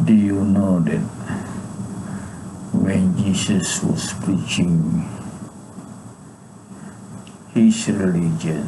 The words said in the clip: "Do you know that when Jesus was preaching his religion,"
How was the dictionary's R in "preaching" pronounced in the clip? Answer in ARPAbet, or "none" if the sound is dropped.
R